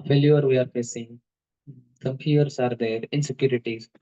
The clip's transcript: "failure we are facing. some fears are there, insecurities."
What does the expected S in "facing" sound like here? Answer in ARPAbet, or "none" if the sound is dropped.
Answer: S